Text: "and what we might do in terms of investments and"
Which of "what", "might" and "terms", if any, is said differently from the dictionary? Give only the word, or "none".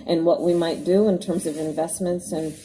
none